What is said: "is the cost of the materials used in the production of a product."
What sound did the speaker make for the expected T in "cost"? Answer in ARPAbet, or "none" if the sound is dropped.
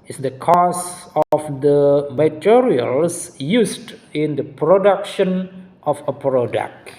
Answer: none